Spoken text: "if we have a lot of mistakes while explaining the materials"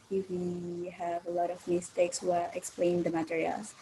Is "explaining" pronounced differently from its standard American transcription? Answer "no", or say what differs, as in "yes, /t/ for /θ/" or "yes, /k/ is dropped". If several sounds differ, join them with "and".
yes, /n/ is dropped